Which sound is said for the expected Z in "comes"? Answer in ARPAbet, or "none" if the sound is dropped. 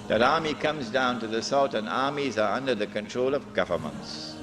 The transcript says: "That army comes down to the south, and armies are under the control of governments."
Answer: Z